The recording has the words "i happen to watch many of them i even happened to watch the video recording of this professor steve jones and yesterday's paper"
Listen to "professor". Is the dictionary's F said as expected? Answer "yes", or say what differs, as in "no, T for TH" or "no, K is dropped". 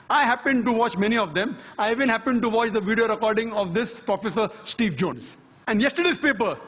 yes